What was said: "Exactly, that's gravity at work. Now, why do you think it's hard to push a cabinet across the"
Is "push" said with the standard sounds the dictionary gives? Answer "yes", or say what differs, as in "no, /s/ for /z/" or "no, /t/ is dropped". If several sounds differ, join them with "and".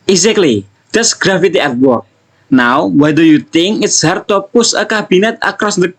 no, /s/ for /ʃ/